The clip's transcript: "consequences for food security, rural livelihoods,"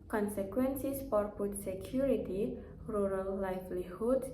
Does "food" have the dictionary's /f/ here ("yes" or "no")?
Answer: no